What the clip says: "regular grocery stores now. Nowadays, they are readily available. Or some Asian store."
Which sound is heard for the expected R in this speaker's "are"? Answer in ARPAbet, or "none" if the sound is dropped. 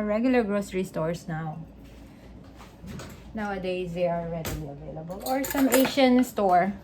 L